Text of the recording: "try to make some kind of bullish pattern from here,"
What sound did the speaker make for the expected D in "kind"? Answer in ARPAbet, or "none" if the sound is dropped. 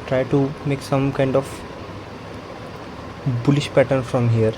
D